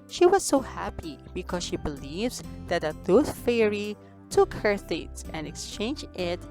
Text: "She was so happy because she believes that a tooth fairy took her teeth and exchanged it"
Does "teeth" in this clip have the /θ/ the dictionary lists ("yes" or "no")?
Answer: no